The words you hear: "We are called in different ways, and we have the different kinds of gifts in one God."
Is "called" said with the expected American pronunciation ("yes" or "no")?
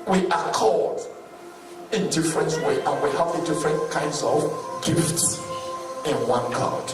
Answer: no